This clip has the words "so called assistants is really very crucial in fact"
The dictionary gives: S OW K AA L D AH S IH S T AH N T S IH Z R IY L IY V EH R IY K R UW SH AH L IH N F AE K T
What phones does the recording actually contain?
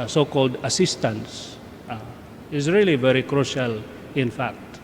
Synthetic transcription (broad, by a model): S OW K AA L D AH S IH S T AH N S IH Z R IY L IY V EH R IY K R UW SH AH L IH N F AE K T